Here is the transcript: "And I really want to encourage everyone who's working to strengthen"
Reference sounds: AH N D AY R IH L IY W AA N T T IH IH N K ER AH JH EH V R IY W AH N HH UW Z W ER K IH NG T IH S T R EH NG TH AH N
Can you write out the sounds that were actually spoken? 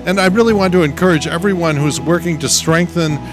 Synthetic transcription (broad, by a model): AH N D AY R IH L IY W AA N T T IH IH N K ER AH JH EH V R IY W AH N HH UW Z W ER K IH NG T IH S T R EH NG TH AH N